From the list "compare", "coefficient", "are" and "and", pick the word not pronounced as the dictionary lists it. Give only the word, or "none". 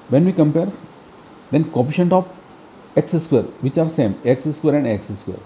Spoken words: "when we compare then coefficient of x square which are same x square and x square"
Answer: coefficient